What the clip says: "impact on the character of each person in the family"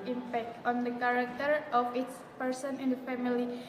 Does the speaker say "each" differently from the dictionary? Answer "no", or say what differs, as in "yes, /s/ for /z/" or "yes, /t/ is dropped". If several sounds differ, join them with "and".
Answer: yes, /s/ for /tʃ/